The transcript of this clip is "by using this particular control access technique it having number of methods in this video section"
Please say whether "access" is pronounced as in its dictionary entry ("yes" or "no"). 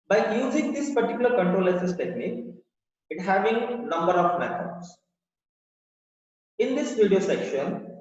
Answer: no